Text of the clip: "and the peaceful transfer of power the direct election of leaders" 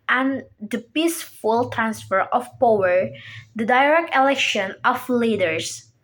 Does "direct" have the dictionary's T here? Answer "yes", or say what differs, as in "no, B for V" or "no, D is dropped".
yes